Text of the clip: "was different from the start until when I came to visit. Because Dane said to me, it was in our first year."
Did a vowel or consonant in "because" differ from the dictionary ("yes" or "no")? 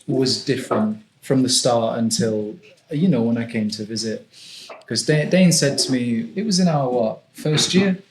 yes